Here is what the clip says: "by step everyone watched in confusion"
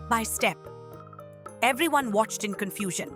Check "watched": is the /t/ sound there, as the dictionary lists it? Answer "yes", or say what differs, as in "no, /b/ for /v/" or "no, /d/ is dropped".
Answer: yes